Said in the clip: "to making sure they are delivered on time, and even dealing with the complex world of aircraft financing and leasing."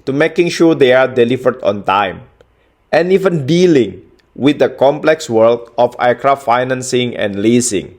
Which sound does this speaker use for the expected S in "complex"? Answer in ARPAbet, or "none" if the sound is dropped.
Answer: S